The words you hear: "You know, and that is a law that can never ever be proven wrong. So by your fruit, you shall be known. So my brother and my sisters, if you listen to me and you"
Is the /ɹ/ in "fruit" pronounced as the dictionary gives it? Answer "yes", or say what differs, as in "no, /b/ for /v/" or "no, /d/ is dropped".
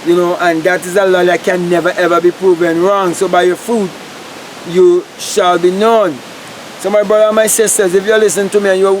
no, /ɹ/ is dropped